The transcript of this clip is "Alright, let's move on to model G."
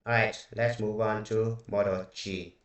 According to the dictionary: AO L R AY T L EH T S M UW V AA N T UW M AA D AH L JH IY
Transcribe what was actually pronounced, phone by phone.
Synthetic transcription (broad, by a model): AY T L EH T S M UW V AA N T UW M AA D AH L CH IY